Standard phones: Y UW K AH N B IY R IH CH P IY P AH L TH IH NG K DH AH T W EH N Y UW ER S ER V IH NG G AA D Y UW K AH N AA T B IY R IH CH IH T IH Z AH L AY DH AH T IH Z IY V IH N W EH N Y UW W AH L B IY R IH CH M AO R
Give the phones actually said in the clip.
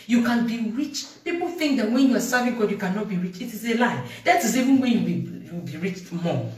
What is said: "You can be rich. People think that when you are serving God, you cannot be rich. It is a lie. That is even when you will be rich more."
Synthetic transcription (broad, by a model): Y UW K AH N B IY R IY CH P IY P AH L TH IH NG K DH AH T W EH N Y UW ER S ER V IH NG G AA D Y UW K AH N AA T B IY R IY CH IH T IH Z AH L AY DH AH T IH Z IY V IH N W EH N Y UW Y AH W B IY R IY CH M AO